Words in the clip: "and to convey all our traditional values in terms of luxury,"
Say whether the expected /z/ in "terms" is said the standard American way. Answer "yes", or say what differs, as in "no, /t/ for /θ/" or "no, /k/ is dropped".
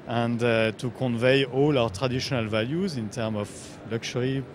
no, /z/ is dropped